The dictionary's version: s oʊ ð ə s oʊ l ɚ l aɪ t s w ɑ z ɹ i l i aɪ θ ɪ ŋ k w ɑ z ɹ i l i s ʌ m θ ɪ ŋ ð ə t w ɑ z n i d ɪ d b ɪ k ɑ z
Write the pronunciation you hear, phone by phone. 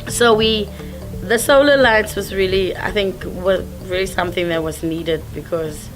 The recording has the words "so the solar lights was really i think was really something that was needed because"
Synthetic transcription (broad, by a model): s oʊ ð ə s oʊ l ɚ l aɪ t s w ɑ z ɹ i l i aɪ θ ɪ ŋ k w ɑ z ɹ i l i s ʌ m θ ɪ ŋ ð ə t w ɑ z n i d ɪ d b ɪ k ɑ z